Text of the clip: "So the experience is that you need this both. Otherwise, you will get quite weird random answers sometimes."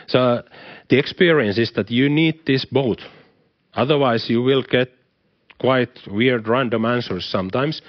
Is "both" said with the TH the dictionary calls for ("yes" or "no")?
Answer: no